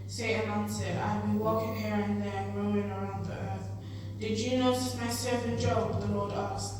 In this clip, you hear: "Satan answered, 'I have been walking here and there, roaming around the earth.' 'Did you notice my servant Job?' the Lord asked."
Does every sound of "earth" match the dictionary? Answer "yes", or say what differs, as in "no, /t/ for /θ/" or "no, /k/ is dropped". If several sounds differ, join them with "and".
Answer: yes